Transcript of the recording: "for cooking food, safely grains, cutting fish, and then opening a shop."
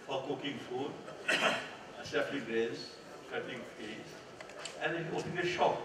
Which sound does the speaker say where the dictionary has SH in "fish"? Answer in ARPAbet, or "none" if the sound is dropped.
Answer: S